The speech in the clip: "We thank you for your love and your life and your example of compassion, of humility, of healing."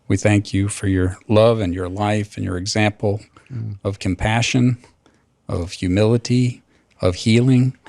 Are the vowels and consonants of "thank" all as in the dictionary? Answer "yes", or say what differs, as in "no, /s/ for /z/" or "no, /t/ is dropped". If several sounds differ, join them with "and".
yes